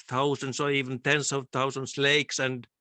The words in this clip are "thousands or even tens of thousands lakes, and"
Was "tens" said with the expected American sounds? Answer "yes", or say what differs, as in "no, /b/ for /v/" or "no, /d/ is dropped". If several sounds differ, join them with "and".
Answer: no, /s/ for /z/